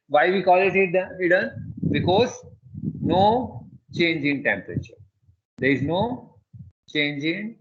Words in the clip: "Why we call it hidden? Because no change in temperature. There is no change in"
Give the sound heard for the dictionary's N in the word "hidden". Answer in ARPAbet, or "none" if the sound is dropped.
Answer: L